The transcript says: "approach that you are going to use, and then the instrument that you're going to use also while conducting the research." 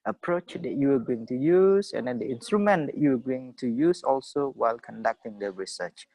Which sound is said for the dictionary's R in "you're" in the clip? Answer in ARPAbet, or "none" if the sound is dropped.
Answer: W